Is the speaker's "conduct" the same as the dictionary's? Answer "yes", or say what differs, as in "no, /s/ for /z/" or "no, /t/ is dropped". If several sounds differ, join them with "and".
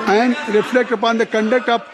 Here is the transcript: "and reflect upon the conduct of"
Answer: no, /t/ is dropped